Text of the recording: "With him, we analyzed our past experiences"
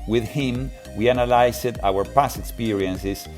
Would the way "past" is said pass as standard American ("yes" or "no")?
no